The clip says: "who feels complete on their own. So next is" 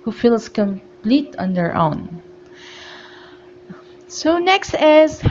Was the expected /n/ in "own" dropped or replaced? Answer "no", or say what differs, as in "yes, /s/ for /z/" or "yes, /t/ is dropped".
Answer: no